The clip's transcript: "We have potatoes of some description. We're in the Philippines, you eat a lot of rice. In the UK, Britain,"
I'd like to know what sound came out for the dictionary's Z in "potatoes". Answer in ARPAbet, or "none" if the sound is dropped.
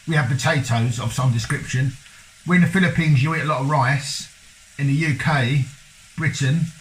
Z